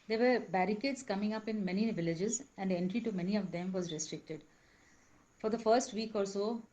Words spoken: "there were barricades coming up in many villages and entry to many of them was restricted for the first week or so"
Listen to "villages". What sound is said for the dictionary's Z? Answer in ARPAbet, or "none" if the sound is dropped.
Z